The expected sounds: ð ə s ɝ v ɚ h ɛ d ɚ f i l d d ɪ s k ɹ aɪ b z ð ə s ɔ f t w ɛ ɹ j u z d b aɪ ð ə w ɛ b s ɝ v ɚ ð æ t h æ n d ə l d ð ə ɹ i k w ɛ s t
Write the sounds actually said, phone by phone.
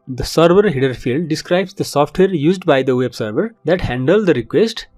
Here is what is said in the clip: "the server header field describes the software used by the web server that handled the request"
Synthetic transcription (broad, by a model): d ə s ɝ v ɚ h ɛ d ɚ f i l d d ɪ s k ɹ aɪ b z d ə s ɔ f t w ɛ ɹ j u z d b aɪ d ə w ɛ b s ɝ v ɚ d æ t h æ n d ə l d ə ɹ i k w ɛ s t